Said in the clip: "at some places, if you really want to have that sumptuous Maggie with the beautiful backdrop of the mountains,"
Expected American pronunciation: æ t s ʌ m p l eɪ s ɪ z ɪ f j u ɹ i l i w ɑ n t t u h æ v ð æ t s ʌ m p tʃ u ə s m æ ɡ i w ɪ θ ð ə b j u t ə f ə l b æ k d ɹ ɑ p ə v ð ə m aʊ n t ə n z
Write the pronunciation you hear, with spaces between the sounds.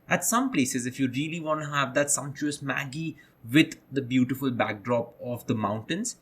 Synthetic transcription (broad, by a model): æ t s ʌ m p l eɪ s ɪ z ɪ f j u ɹ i l i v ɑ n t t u h æ v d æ t s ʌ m tʃ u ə s m æ ɡ i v ɪ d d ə b j u t ə f ə l b æ k d ɹ ɑ p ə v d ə m aʊ n t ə n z